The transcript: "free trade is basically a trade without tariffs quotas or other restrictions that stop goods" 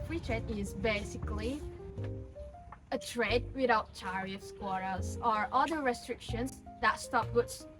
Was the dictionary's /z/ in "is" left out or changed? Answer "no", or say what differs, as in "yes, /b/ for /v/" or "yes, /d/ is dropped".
no